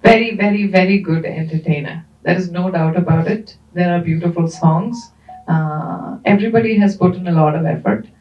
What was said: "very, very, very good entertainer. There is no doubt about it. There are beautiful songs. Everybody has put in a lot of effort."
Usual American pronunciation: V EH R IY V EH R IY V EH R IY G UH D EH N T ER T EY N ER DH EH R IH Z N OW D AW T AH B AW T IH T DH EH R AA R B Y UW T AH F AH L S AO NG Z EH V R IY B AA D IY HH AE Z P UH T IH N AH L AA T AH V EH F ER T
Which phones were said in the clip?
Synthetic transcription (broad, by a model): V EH R IY V EH R IY V EH R IY G UH D EH N T ER T EY N ER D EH R IH Z N OW D AW T AH B AW T IH T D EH R AA R B Y UW T AH F AH L S AO NG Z EH V R IY B AA D IY HH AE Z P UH T IH N AH L AA T AH V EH F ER T